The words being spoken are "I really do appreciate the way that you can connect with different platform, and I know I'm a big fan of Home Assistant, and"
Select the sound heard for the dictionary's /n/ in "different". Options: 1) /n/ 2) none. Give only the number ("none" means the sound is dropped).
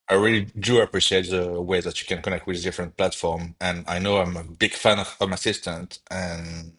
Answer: 1